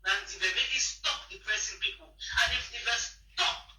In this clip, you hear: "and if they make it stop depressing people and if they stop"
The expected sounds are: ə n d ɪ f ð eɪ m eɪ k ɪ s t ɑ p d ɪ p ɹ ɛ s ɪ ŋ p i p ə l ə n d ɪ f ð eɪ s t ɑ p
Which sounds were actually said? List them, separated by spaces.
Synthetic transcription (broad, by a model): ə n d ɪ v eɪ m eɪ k ɪ s t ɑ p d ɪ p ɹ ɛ s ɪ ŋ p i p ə n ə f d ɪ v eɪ s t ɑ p